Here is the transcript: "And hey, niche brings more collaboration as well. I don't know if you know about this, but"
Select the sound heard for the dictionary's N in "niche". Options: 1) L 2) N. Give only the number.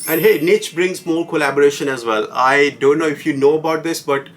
2